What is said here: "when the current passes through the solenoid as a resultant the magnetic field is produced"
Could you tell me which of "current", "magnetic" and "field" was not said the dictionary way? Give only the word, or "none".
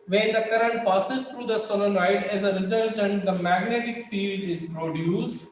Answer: none